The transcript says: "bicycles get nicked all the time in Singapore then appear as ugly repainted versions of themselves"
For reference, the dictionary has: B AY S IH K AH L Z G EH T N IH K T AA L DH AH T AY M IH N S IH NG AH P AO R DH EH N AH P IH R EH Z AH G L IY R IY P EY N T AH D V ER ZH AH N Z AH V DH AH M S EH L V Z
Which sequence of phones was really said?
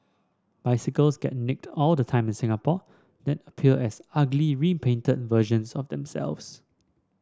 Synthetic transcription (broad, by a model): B AY S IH K AH L S G EH T N IH K T AA L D AH T AY M IH N S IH NG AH P AO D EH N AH P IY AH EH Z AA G L IY R IY P EY N T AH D V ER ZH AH N S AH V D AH M S EH L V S